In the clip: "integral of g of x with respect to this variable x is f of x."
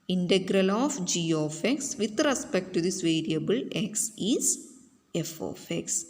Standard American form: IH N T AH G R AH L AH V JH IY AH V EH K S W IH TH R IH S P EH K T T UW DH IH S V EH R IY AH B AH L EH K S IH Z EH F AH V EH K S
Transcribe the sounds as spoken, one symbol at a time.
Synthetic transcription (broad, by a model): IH N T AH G R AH L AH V JH IY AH F EH K S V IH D R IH S P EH K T T UW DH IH S V EH R IY AH B AH L EH K S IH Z EH F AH F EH K S